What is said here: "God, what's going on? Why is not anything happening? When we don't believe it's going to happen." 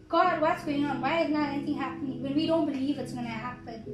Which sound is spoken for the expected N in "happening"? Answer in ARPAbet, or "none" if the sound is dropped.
N